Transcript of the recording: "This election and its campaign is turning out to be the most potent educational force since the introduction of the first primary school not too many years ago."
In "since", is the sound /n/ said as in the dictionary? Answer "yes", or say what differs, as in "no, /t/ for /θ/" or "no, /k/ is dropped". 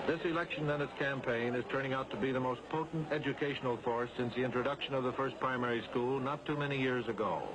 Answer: yes